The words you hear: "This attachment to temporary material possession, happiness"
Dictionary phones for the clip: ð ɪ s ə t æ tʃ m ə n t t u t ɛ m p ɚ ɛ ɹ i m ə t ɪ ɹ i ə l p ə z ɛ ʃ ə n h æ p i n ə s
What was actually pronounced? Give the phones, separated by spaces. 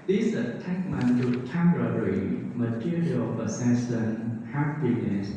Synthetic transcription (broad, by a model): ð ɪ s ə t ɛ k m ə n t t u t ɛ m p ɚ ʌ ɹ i m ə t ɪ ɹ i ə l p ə s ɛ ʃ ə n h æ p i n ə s